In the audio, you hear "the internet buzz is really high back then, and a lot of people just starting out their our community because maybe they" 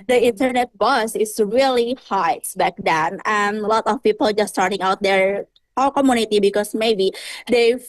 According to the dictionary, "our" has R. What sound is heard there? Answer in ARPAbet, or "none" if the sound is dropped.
L